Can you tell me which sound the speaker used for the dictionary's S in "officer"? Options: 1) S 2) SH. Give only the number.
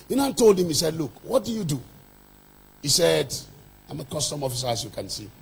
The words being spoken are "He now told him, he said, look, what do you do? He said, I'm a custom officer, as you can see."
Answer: 1